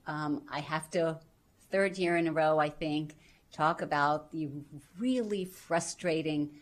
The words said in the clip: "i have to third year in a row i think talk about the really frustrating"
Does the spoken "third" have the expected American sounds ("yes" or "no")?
yes